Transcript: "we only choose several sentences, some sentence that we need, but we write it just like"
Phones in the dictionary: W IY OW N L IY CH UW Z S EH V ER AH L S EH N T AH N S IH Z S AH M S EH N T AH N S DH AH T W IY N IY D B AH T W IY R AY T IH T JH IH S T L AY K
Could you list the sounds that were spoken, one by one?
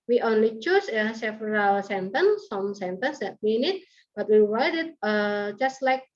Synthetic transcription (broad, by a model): W IY OW N L IY CH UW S S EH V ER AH L S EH N T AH N S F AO M S EH N T AH N S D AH T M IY N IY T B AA T W IY W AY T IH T JH IH S T L AY K